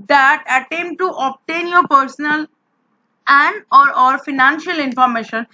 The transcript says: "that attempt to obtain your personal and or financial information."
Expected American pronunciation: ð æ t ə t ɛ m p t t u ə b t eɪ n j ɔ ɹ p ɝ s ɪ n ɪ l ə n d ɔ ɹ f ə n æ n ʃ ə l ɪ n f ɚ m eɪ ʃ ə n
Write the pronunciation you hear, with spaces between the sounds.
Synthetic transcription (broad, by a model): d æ t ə t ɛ m t t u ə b t eɪ n j ɔ ɹ p ɝ s ɪ n ɪ l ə n d ɔ ɹ f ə n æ n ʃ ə l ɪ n f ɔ m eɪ ʃ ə n